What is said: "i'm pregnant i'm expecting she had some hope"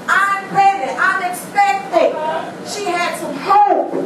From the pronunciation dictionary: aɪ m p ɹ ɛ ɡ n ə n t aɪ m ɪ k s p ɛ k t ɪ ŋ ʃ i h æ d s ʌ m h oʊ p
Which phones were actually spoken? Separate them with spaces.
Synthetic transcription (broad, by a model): aɪ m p ɛ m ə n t aɪ m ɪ k s p ɛ k t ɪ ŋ ʃ i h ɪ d s ʌ m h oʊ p